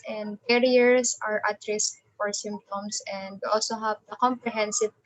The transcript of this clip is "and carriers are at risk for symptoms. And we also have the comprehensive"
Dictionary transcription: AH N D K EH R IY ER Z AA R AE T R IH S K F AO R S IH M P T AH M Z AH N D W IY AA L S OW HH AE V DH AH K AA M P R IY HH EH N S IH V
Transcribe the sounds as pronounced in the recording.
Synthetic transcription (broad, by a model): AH N D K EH R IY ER S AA R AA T R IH S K F AO R S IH M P T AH M S AH N D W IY AA L S OW HH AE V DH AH K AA M P R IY HH EH N S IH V